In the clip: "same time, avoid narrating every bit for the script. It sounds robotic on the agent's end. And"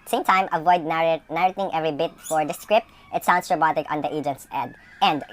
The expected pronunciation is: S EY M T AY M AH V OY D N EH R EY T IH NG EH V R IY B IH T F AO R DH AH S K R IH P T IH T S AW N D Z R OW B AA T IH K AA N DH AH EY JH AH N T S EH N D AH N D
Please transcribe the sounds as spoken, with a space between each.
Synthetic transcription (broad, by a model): S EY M T AY M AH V OY D N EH R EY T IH NG EH V R IY B IH T F AO R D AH S K R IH P T IH T S AW N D S R OW B AA T IH K AA N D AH EY JH AH N T S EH D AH N D